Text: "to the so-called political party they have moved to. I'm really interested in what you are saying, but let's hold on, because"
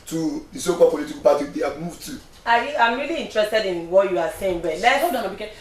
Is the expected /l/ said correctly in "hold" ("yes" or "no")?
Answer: no